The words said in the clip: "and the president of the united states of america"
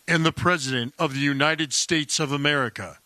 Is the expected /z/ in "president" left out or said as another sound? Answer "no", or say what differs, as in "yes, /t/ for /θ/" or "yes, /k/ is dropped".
no